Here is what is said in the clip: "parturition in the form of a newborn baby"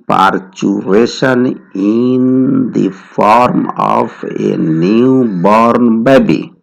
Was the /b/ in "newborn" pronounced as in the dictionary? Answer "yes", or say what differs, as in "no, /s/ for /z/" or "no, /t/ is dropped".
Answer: yes